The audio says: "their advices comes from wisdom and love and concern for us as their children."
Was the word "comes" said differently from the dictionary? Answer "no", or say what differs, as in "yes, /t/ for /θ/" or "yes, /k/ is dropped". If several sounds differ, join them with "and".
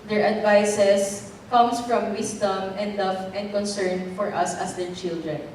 yes, /s/ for /z/